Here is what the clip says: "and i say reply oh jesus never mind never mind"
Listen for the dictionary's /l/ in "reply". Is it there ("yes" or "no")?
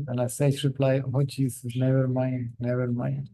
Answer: yes